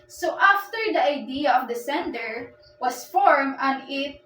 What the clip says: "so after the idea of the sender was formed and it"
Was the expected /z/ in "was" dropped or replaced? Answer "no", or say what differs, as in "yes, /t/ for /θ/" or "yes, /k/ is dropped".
yes, /s/ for /z/